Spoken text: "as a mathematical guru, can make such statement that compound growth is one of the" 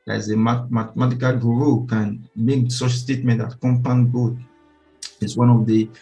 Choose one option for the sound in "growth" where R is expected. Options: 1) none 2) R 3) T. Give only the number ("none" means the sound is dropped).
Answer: 1